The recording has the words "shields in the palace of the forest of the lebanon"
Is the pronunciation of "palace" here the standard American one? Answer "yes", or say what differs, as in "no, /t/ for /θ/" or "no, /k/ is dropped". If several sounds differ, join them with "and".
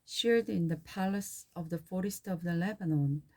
yes